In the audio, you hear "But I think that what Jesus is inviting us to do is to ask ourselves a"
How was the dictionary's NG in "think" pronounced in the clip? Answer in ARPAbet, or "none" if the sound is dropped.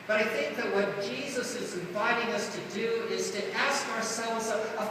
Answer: NG